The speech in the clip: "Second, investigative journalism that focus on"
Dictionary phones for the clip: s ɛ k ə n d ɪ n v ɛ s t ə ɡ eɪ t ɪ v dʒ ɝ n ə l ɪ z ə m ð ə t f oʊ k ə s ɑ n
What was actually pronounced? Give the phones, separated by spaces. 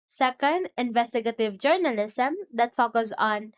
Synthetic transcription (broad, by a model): s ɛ k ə n d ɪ n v ɛ s t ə ɡ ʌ t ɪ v dʒ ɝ n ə l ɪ s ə m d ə t f oʊ k ə s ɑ n